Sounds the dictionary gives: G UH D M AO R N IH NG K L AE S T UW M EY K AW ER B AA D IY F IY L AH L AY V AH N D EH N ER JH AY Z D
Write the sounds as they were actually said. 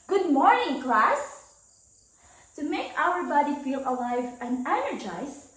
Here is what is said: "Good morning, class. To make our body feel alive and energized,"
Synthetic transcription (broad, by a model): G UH D M AO R N IH NG K L AE S T UW M EY K AW ER B AA D IY F IY L AH L AY V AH N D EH N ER JH AY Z